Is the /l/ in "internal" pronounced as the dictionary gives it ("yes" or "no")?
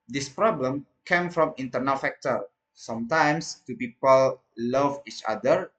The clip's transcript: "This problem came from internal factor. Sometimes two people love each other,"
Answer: yes